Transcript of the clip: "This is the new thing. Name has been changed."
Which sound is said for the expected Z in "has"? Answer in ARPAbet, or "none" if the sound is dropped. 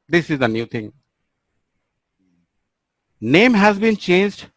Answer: Z